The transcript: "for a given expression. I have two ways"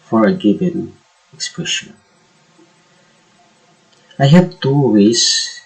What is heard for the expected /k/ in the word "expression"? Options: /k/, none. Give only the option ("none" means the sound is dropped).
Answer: /k/